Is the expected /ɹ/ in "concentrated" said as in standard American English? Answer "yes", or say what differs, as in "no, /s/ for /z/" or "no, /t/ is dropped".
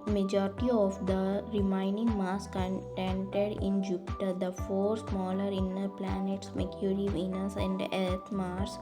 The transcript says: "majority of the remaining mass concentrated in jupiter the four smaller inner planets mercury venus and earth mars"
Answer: no, /ɹ/ is dropped